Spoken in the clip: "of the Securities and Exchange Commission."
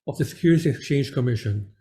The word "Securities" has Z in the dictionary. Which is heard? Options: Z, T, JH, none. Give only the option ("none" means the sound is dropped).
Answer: none